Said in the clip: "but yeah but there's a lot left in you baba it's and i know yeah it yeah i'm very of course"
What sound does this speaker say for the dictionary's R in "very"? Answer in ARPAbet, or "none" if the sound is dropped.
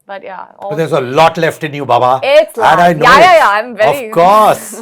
none